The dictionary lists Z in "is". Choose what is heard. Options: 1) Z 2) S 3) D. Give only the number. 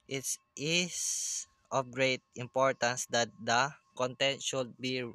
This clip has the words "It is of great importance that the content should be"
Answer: 2